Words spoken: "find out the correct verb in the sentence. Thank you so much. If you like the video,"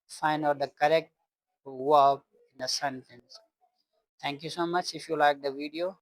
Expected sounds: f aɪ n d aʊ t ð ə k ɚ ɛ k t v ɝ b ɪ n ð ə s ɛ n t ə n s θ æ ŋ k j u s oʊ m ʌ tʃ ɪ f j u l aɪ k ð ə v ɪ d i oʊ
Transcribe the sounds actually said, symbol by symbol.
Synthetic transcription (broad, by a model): f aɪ n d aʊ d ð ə k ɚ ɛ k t w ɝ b ɪ n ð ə s ɛ n t ə n s t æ ŋ k j u s oʊ m ʌ tʃ ɪ f j u l aɪ k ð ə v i d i oʊ